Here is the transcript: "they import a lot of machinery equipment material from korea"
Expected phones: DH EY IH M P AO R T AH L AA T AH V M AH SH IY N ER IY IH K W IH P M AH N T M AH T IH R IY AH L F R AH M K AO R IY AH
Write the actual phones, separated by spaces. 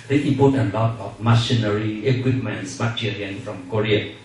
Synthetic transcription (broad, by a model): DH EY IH P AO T AH L AA T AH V M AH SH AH N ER IY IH K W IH P M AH N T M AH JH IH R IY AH N F R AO M K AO R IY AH